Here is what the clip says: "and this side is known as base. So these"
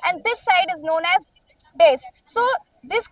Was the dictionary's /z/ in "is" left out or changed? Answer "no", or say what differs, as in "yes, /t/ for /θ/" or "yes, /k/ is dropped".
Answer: no